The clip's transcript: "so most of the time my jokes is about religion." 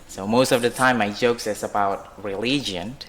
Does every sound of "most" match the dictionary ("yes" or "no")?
yes